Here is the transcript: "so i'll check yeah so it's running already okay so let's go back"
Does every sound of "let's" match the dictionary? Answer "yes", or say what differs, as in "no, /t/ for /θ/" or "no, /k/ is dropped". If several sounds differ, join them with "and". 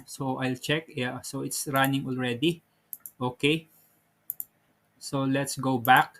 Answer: yes